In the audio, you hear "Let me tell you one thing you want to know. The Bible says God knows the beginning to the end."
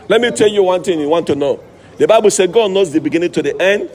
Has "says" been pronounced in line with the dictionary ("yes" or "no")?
no